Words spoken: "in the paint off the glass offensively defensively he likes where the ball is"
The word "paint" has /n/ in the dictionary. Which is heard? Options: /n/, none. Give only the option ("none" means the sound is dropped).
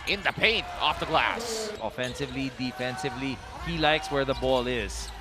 /n/